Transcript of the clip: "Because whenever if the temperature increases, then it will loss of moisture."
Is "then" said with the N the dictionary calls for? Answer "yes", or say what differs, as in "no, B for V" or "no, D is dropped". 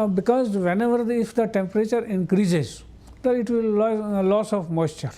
no, N is dropped